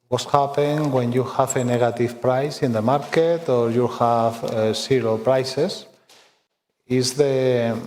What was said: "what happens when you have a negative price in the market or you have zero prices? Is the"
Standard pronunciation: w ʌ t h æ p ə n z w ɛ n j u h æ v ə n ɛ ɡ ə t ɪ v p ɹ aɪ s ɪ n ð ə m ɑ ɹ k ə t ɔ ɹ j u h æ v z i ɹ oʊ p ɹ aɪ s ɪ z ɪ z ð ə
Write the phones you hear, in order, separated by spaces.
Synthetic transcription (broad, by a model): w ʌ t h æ p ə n w ɛ n j u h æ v ə n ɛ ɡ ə t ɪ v p ɹ aɪ s ɪ n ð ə m ɑ ɹ k ə t ɔ ɹ j u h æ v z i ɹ oʊ p ɹ aɪ s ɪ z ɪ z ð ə